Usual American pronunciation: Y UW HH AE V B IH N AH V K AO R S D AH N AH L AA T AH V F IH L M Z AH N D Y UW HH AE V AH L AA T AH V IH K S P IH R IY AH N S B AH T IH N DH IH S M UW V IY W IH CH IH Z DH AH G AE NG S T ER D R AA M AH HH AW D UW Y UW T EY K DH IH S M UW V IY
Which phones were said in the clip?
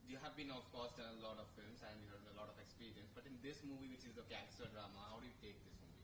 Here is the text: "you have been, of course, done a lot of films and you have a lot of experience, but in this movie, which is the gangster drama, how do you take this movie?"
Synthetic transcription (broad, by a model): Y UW HH AE V B IH N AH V K AO R S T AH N AH L AA T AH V F IH L M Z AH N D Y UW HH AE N AH L AA T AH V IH K S P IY R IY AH N S B AH T IH N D IH S M UW V IY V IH CH IH Z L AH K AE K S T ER D R AA M AH HH AW D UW Y UW T EY K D IH S M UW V IY